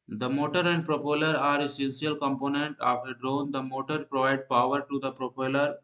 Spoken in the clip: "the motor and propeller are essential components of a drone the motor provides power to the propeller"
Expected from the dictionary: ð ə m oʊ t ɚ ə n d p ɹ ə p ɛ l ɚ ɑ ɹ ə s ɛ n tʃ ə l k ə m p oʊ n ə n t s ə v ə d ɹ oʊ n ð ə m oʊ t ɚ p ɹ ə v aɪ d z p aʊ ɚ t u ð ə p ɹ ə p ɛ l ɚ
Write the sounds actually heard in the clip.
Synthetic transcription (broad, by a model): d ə m oʊ t ɚ ə n d p ɹ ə p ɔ l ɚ ɑ ɹ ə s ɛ n s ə l k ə m p oʊ n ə n t ə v ə d ɹ oʊ n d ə m oʊ t ɚ p ɹ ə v aɪ d p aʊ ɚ t u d ə p ɹ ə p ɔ l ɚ